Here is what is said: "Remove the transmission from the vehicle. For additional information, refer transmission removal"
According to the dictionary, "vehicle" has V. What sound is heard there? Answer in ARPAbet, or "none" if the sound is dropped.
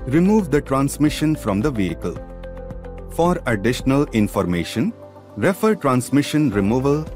V